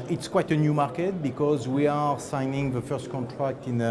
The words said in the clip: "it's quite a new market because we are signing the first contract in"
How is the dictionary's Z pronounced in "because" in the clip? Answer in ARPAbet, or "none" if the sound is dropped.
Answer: Z